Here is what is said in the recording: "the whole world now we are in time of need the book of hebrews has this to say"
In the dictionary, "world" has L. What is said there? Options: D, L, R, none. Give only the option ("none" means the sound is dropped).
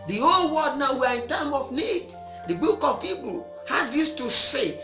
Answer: none